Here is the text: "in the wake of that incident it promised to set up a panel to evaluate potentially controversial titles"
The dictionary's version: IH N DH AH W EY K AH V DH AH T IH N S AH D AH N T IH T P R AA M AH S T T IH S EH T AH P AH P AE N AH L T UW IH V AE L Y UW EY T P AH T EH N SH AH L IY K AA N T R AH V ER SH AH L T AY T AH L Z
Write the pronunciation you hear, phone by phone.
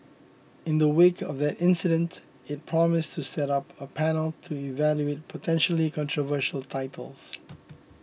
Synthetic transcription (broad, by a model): IH N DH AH W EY K AH V DH AH T IH N S AH D AH N T IH T P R AA M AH S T T IH S EH T AH P AH P AE N AH L T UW IH V AE L Y UW EY T P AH T EH N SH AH L IY K AA N T R AH V ER SH AH L T AY T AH L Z